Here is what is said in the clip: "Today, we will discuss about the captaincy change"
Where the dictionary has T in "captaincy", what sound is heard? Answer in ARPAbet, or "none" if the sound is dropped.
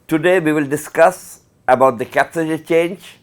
S